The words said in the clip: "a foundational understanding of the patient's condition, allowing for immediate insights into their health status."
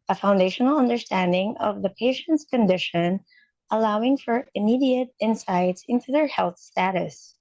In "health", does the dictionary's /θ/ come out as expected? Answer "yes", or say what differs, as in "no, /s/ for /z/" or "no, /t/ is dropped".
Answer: yes